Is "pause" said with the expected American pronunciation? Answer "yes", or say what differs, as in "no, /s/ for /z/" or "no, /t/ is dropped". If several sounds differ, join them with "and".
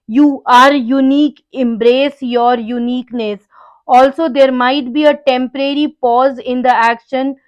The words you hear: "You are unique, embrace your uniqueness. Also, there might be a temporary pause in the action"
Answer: yes